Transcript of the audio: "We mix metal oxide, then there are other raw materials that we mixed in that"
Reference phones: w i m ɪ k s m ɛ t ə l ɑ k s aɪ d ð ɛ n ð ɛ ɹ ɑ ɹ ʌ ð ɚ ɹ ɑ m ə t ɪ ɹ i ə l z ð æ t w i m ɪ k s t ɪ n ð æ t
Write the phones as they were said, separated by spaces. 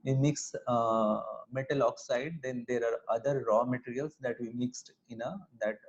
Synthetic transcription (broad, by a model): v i m ɪ k s m ɛ t ə l ɑ k s aɪ d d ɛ n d ɛ ɹ ɑ ɹ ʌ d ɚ ɹ ɑ m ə t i ɹ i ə l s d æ t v i m ɪ k s t ɪ n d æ t